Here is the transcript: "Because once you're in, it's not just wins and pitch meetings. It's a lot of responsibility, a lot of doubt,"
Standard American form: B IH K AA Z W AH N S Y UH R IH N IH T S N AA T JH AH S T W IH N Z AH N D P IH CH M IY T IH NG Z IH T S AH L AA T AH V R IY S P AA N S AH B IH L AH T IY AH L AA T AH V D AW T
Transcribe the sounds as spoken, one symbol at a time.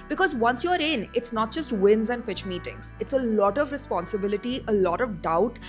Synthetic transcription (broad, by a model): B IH K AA Z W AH N S Y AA R IH N IH T S N AA T JH AH S T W IH N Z AH N D P IH CH M IY T IH NG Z IH T S AH L AA T AH V R IY S P AA N S AH B IH L AH T IY AH L AA T AH V D AW T